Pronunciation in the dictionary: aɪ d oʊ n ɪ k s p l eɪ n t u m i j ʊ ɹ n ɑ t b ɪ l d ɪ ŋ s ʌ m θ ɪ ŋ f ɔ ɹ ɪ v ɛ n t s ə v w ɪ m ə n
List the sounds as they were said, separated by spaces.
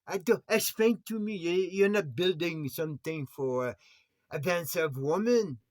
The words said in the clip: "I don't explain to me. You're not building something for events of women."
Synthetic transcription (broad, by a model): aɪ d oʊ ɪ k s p eɪ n t u m i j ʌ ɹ n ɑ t b ɪ l d ɪ ŋ s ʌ m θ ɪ ŋ f ɔ ɹ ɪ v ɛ n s ə v w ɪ m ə n